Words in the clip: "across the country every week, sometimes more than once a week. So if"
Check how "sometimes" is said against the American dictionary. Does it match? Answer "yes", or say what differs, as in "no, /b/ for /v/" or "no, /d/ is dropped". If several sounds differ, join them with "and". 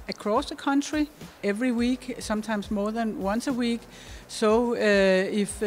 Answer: no, /s/ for /z/